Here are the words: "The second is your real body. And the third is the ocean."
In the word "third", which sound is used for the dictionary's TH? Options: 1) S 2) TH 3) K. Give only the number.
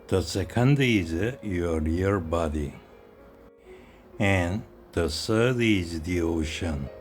1